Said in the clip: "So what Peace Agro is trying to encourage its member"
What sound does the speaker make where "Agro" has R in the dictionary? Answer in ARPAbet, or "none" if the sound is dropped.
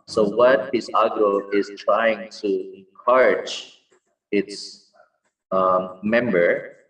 none